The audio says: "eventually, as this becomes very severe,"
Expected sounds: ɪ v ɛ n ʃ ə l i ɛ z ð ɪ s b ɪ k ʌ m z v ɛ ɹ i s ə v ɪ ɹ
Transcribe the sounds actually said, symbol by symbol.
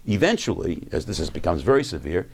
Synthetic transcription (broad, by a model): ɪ v ɛ n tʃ l i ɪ z ð ɪ s b ɪ k ʌ m z v ɛ ɹ i s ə v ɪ ɹ